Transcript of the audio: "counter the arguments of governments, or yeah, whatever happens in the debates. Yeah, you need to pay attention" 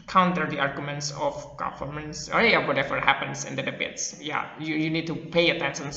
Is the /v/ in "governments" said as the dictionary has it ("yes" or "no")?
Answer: no